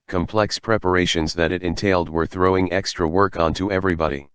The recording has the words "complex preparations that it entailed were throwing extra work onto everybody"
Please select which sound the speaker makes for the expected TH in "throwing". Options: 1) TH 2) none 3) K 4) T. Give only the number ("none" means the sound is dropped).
1